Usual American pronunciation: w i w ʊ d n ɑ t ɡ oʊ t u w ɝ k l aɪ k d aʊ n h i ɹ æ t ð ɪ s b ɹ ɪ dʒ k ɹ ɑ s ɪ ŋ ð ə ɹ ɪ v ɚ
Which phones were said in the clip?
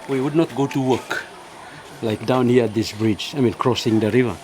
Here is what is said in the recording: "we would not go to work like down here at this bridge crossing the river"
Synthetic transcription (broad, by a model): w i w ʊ d n ɑ t ɡ oʊ t u w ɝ k l aɪ k d aʊ n h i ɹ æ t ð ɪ s b ɹ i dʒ k ɹ ɑ s ɪ ŋ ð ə ɹ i v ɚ